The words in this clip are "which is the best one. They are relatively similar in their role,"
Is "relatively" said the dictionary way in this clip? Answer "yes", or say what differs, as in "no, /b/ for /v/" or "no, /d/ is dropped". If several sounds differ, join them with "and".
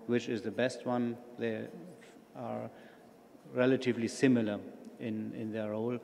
yes